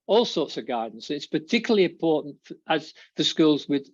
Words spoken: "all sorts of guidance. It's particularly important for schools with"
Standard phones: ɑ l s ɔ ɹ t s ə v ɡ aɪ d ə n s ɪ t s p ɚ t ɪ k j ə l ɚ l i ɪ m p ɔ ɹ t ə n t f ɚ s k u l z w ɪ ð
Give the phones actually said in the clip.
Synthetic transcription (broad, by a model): ɑ l s ɔ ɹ t s ə v ɡ aɪ d n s ɪ t s p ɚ t ɪ k j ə l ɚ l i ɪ m p ɔ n t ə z f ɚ s k u l z w ɪ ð